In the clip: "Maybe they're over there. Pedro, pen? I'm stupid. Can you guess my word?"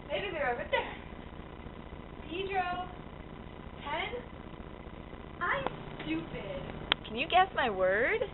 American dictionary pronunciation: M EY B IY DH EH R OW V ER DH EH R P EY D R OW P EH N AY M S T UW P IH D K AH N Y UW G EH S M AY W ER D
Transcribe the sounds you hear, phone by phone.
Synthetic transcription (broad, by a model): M EY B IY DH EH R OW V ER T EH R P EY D R OW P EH N AY M S T UW P IH D K AH N Y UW G EH S M AY W ER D